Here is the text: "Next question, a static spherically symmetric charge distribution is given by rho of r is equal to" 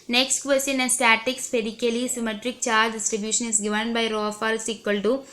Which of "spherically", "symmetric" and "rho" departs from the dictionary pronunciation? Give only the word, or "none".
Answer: spherically